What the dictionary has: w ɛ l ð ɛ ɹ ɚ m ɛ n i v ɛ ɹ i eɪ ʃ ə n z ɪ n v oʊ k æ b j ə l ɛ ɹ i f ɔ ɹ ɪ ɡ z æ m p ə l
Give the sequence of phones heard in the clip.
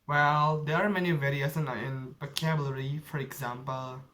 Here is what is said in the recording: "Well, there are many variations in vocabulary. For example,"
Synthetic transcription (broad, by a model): w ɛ l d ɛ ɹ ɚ m ɛ n i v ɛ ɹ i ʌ s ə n ɪ n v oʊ k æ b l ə ɹ i f ɔ ɹ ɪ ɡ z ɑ m p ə l